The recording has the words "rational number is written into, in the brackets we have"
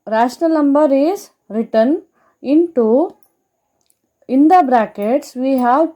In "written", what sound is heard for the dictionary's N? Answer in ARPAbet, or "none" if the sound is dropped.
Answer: N